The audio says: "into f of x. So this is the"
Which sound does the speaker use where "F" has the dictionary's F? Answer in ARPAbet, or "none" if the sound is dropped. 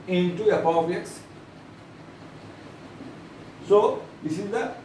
P